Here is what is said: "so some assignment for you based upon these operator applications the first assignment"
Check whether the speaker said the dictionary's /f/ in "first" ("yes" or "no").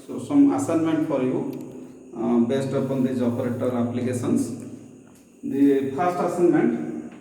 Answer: no